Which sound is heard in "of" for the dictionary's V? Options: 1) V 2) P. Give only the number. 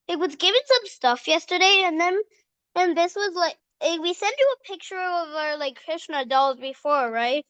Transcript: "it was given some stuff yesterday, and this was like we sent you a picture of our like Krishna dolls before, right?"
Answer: 1